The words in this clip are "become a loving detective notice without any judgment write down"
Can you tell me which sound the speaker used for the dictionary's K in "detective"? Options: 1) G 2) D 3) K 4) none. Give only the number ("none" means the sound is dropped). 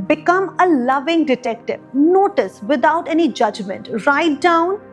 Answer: 3